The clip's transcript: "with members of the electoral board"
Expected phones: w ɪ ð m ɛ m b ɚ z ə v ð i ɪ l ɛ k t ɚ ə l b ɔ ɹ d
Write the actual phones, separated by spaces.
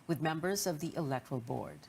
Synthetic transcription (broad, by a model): w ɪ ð m ɛ m b ɚ z ə v ð i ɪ l ɛ k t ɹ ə l b ɔ ɹ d